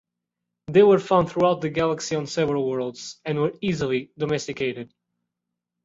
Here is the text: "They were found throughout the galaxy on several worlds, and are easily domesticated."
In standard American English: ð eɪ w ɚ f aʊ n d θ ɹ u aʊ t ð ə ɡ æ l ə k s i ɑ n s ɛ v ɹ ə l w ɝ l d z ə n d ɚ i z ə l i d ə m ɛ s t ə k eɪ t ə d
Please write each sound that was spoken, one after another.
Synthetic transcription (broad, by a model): ð eɪ w ɚ f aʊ n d θ ɹ u aʊ t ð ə ɡ æ l ə k s i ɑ n s ɛ v ɹ ə l w ɝ l d z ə n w ɚ i z ə l i d ə m ɛ s t ə k eɪ t ə d